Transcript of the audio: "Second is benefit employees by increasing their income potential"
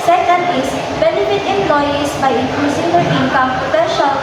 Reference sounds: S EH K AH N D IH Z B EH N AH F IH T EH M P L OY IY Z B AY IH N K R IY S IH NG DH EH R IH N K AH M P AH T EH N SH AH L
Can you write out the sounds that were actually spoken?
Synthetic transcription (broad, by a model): S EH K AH N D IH S B EH N AH F IH T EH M P L OY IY S B AY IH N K L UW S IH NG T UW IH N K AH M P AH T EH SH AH